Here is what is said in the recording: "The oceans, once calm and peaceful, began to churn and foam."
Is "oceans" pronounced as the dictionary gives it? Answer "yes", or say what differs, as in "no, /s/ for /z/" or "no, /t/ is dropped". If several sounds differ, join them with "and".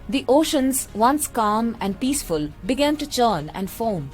yes